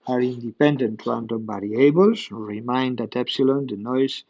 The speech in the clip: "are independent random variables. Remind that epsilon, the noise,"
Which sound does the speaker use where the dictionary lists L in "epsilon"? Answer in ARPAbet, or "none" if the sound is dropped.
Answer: L